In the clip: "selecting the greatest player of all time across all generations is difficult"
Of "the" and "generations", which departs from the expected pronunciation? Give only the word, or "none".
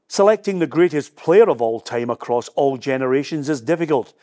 none